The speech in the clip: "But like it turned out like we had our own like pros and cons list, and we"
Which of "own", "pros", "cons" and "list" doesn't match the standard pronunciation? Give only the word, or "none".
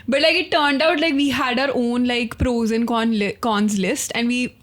none